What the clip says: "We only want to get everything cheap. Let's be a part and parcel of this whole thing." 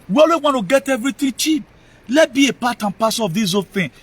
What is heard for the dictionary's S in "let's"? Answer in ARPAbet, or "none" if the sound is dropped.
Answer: none